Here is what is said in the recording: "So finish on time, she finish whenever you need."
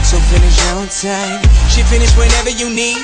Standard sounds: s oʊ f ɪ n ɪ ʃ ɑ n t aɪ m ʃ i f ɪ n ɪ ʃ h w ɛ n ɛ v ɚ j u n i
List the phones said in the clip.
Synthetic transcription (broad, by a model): s oʊ f ɪ n ɪ ʃ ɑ l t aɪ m ʃ i f ɪ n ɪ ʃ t w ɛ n ɛ v ɚ j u n i